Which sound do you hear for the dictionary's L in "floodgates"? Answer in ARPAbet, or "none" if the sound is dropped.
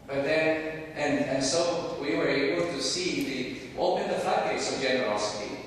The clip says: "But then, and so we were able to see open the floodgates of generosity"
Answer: none